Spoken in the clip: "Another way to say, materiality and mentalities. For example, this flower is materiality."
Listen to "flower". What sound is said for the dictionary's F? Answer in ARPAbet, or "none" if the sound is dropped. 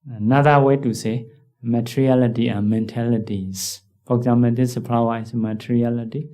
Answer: P